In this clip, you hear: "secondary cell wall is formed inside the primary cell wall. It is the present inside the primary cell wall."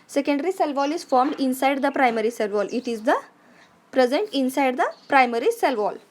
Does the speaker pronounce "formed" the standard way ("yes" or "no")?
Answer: yes